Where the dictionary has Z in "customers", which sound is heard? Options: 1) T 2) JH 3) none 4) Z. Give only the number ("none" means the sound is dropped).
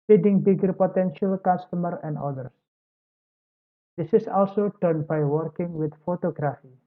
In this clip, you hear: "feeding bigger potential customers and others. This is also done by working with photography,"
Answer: 3